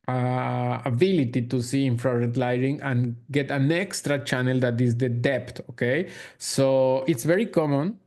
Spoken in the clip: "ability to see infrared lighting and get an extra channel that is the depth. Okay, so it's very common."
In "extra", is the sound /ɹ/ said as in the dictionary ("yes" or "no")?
yes